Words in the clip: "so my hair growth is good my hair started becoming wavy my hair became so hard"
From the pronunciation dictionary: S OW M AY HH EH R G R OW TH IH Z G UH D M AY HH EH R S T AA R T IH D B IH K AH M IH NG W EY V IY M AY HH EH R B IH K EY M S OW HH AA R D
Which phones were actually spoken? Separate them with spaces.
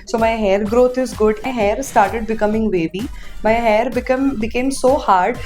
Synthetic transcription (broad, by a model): S OW M AY HH EH R G R OW T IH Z G UH D M AY HH EH R S T AA R T IH D B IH K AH M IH NG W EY B IY M AY HH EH R B IH K EY M S OW HH AA R D